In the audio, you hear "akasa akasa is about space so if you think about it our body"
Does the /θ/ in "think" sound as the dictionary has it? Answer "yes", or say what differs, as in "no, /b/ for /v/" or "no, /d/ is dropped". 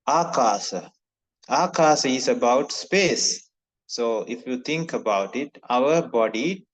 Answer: no, /t/ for /θ/